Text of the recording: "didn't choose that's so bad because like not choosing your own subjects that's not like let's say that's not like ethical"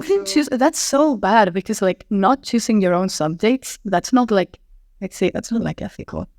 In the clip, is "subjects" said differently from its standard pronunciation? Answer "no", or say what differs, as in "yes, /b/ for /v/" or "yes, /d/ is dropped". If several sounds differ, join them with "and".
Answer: yes, /k/ is dropped